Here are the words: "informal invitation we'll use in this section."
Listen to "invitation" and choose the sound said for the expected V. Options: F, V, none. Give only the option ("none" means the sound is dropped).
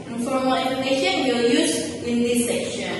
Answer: none